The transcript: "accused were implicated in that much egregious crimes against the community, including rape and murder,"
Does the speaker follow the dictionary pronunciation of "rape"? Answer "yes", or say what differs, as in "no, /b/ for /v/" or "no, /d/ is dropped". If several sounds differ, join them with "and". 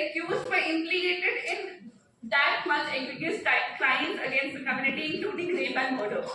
no, /b/ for /p/